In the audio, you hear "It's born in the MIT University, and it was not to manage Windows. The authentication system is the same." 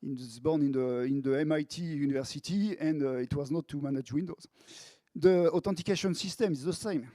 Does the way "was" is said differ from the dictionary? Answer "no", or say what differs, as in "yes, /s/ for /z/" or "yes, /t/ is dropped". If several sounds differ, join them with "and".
no